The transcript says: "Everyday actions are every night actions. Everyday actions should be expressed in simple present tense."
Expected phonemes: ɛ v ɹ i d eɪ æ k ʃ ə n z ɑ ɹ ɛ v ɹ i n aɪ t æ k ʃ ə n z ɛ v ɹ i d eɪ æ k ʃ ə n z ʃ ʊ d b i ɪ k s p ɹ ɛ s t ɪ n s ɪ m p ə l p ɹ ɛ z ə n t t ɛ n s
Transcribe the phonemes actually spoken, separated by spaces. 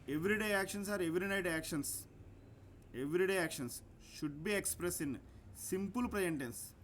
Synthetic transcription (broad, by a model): ɛ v ɹ i d eɪ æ k ʃ ə n s ɑ ɹ ɛ v ɹ i n aɪ t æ k ʃ ə n s ɛ v ɹ i d eɪ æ k ʃ ə n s ʃ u d b i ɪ k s p ɹ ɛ s ɪ n s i m p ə l p ɹ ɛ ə n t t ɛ n s